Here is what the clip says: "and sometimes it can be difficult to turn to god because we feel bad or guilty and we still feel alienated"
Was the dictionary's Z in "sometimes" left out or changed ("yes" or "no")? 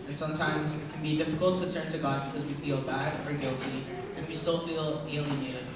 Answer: no